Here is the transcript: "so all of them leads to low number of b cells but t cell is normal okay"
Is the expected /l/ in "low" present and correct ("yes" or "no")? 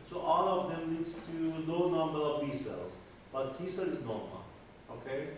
no